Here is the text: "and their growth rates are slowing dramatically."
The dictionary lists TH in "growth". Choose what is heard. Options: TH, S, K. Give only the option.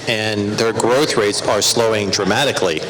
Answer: TH